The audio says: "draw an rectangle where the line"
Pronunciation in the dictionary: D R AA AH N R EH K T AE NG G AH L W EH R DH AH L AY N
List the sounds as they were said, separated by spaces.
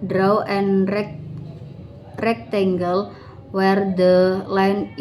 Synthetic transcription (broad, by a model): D R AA AH N R EH K T AE NG G AH L W EH R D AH L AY N